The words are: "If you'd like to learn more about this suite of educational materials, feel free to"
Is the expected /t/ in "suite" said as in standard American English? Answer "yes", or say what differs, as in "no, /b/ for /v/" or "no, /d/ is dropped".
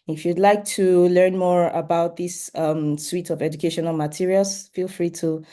yes